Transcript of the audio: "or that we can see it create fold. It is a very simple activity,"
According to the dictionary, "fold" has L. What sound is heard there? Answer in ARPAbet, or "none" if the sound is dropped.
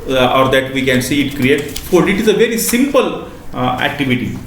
none